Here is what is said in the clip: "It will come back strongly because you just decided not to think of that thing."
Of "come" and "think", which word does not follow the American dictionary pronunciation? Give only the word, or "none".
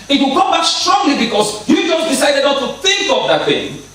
none